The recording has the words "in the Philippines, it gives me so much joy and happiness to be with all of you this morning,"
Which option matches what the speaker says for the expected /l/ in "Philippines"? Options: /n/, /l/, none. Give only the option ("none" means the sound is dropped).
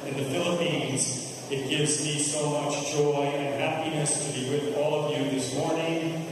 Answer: /l/